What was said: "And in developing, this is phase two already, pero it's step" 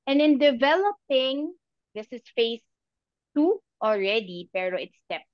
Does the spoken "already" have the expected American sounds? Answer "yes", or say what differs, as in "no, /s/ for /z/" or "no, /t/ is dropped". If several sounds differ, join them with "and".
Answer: yes